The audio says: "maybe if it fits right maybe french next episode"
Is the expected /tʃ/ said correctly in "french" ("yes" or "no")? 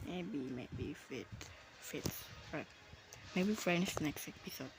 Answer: no